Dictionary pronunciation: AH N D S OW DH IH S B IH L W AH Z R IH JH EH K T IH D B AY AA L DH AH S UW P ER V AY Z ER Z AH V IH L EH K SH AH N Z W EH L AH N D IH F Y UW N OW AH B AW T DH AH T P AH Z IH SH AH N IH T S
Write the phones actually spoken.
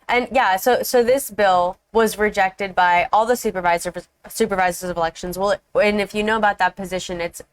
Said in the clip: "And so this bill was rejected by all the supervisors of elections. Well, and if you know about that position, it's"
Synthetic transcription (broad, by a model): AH N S S OW DH IH S B IH L W AH Z R IH JH EH K T IH D B AY AA L DH AH S UW P ER V AY Z ER Z AH V IH L EH K SH AH N Z W EH L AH N IH F Y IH N OW AH B AW T DH AH T P AH Z IH SH AH N IH T S